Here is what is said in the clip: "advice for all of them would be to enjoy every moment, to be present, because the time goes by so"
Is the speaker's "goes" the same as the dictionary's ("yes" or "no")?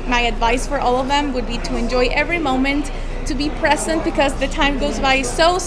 yes